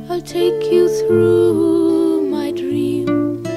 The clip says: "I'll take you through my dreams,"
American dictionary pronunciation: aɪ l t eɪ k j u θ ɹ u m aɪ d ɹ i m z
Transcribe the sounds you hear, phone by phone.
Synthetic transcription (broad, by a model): aɪ t eɪ k j u θ ɹ u m aɪ d ɹ i m